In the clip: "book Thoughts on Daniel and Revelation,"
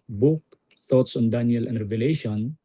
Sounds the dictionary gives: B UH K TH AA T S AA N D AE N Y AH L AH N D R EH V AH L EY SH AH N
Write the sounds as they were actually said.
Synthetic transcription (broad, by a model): B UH K T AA T S AA N D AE N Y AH L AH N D R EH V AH L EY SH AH N